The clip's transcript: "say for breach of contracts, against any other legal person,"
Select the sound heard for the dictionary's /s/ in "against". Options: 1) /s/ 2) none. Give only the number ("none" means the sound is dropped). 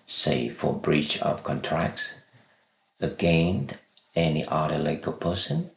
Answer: 2